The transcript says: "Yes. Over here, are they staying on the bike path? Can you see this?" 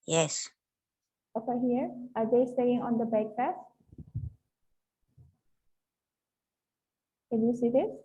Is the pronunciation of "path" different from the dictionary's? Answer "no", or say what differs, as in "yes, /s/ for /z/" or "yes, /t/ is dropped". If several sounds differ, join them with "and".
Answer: yes, /f/ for /θ/